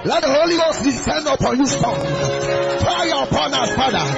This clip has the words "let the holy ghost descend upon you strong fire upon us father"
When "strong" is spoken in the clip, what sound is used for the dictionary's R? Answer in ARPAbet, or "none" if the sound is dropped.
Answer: none